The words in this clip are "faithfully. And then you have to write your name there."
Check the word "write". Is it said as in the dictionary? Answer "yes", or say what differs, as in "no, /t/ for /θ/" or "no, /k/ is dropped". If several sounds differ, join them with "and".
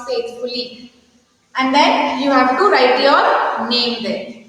yes